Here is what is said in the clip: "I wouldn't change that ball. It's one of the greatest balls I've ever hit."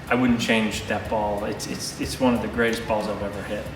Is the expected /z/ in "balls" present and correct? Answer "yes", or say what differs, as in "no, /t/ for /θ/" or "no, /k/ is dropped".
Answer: yes